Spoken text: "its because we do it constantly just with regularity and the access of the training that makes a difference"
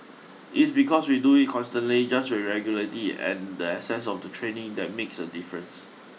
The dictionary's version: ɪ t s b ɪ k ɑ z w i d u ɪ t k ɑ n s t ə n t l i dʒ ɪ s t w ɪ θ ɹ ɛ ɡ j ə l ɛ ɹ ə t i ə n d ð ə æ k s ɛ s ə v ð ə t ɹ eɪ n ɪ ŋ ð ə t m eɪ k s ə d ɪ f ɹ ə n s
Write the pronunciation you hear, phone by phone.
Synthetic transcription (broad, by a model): ɪ t s b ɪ k ɑ s w i d u ɪ t k ɑ n s t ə n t l i dʒ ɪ s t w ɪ ɹ ɛ ɡ j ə l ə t i ə n d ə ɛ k s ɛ s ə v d ə t ɹ eɪ n ɪ ŋ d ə t m eɪ k s ə d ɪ f ɹ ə n s